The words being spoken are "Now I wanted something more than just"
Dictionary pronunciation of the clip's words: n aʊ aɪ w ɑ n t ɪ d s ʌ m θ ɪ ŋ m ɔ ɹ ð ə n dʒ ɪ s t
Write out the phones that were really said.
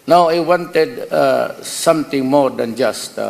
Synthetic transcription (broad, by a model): n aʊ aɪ w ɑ n t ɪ d s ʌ m t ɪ ŋ m ɔ ɹ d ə n dʒ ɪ s t